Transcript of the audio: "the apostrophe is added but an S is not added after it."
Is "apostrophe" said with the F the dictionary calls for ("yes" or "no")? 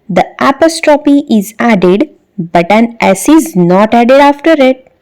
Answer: no